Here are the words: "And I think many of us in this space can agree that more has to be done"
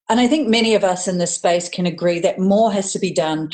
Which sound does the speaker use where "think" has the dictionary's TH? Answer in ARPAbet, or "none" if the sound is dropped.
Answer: TH